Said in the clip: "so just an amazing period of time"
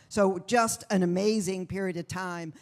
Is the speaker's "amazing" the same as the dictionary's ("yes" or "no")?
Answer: yes